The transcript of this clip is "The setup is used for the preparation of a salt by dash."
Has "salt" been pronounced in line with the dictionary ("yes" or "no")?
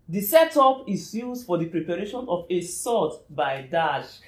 no